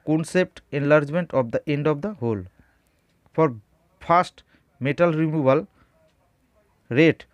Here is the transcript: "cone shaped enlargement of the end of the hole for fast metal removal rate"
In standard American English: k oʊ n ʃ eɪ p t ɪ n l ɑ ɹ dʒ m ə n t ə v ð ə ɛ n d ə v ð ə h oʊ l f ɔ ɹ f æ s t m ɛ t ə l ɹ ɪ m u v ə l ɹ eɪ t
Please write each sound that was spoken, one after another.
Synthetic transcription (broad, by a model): k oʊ n s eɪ p t ɪ n l ɑ ɹ dʒ m ə n t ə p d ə ɛ n d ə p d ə h oʊ l p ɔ ɹ p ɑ s t m ɛ t ə l ɹ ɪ m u b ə l ɹ eɪ t